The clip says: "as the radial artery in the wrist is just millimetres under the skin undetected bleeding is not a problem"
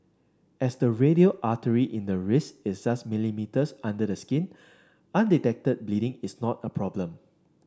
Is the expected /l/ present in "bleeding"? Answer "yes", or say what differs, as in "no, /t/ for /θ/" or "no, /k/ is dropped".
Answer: yes